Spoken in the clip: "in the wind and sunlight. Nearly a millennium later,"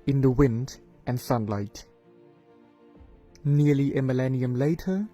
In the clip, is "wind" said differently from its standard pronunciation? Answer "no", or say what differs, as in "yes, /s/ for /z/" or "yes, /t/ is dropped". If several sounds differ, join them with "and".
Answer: no